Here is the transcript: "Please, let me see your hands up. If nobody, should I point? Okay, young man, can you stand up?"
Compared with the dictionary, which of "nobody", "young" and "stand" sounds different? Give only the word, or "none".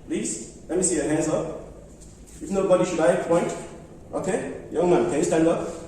none